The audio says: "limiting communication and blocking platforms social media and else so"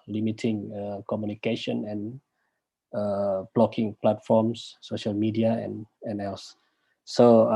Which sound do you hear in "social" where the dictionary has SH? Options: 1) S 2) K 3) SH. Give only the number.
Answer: 3